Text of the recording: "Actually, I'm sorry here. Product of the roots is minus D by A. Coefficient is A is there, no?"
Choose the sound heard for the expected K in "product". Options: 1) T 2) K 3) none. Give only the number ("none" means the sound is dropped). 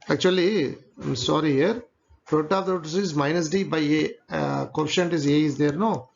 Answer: 3